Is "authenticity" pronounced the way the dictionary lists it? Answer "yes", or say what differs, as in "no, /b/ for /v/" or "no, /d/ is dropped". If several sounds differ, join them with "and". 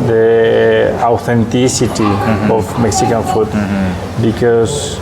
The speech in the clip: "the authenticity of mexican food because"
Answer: no, /t/ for /θ/